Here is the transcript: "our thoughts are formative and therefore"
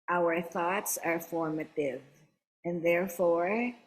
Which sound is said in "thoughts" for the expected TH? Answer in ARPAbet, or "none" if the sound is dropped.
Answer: TH